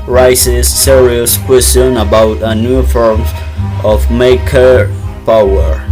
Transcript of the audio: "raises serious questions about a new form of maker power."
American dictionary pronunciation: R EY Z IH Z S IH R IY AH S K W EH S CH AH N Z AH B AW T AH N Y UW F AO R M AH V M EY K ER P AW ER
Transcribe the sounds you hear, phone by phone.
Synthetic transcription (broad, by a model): R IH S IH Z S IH R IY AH S K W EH S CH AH N AH B AW T AH N Y UW F AO R M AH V M EY K ER P AW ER